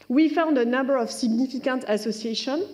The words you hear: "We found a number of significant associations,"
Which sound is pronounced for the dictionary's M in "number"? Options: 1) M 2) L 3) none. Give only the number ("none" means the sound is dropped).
1